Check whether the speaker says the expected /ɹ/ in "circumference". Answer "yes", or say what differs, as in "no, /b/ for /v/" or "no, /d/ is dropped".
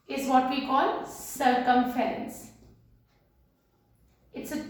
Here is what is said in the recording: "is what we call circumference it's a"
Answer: no, /ɹ/ is dropped